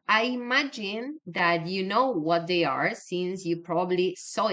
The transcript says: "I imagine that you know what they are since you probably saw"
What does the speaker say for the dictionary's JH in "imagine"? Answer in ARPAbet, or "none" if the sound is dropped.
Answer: JH